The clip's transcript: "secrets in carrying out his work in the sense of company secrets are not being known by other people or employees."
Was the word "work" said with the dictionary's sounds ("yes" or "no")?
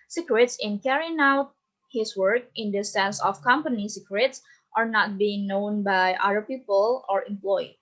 yes